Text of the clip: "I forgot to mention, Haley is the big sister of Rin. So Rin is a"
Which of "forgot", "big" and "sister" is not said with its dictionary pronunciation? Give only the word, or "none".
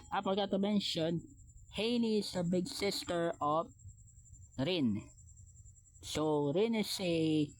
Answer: forgot